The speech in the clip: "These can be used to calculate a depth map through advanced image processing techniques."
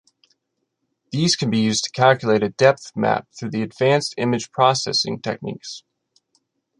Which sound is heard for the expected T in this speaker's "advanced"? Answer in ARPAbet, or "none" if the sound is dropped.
T